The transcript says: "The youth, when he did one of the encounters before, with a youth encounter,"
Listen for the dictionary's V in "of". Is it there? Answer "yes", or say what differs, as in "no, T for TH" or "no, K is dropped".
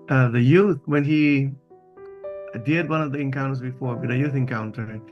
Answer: yes